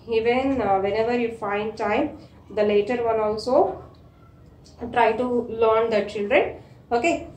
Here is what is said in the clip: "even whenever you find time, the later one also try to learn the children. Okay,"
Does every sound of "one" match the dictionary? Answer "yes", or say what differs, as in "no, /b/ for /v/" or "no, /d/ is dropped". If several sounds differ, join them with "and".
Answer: no, /l/ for /n/